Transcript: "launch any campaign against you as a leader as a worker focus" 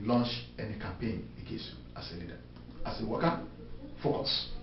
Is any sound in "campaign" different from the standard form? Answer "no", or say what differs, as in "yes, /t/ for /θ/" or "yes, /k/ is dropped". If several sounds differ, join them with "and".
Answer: no